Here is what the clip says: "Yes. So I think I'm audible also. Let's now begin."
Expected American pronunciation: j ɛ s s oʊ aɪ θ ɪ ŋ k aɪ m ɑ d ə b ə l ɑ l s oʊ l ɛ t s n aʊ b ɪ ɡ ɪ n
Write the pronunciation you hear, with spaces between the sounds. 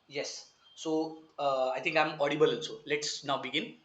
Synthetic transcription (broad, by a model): j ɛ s s oʊ aɪ t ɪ ŋ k aɪ m ɑ d ə b ə l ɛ n s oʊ l ɛ t s n aʊ b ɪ ɡ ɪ n